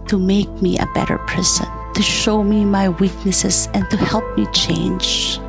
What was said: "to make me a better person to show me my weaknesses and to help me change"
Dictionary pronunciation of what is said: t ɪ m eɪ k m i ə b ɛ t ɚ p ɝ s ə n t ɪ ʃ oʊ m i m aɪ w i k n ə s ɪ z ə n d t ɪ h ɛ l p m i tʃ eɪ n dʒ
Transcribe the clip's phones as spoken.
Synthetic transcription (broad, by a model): t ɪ m eɪ k m i ə b ɛ t ɚ p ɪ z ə n t ɪ ʃ oʊ m i m aɪ w i k n ə s ɪ z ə n t ɪ h ɛ l p m i tʃ eɪ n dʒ